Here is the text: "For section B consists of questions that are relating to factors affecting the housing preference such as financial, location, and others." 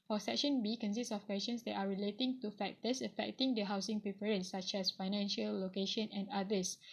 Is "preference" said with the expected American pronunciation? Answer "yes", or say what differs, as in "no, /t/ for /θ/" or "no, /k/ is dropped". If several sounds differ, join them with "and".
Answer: no, /p/ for /f/